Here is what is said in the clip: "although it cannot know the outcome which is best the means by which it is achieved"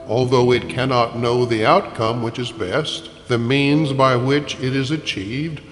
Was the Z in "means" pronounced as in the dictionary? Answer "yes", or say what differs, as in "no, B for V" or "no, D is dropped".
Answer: yes